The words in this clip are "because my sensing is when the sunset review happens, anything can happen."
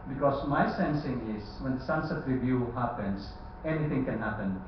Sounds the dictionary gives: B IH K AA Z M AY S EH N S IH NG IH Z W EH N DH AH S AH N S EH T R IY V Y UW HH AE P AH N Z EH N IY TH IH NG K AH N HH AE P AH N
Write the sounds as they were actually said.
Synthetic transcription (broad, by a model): B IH K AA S M AY S EH N S IH NG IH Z W EH N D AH S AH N S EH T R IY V Y UW HH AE P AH N S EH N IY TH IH NG K AH N HH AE P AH N